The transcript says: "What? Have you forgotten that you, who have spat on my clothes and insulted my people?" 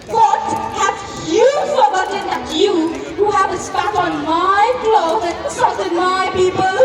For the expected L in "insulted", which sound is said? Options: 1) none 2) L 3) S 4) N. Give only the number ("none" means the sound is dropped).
1